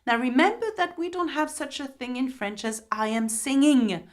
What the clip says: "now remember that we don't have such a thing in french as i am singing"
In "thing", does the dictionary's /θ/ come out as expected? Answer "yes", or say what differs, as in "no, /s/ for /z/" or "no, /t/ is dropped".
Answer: yes